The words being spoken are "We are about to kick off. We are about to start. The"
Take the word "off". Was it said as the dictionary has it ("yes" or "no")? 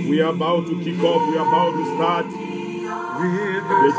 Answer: no